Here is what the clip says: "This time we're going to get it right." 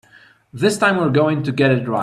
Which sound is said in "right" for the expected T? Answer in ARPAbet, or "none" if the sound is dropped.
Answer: none